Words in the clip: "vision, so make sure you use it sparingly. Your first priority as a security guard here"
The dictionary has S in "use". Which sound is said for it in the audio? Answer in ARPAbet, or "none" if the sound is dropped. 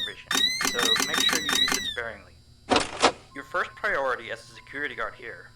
none